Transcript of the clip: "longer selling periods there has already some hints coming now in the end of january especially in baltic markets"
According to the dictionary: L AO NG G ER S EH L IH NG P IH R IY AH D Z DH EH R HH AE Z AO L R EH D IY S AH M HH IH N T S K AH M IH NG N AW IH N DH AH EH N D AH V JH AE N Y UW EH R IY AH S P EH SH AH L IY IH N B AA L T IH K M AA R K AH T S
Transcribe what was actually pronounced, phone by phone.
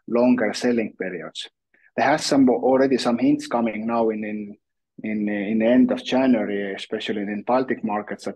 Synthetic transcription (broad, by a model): L AO NG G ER S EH L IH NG P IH R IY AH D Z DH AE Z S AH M AO L R EH D IY S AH M HH IH N T S K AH M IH NG N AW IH N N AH EH N D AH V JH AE N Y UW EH R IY AH S P EH SH AH L IY IH N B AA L T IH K M AA R K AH T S